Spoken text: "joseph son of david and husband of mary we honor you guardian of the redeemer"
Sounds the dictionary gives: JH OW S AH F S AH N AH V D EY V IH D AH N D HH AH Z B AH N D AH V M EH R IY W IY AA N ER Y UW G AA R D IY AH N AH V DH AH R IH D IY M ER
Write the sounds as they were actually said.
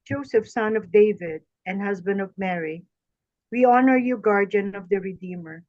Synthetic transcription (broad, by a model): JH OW S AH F S AH N AH V D EY V IH D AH N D HH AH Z B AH N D AH V M EH R IY W IY AA N ER Y UW G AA R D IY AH N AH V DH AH R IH D IY M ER